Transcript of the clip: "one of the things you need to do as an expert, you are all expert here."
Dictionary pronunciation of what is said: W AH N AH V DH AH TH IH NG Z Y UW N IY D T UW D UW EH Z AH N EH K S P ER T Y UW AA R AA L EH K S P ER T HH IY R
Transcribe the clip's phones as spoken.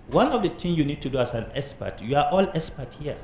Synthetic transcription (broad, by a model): W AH N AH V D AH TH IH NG Y UW N IY D T UW D UW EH S AH N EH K S P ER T Y UW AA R AA L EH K S P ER T HH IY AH